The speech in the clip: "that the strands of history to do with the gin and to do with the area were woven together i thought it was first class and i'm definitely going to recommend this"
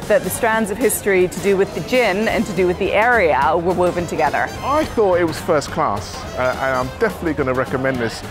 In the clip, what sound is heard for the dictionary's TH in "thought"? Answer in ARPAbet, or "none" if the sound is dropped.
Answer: TH